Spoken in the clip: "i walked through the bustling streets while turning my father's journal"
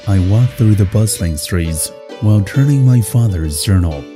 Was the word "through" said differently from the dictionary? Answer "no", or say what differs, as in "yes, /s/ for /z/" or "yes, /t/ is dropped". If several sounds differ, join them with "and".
no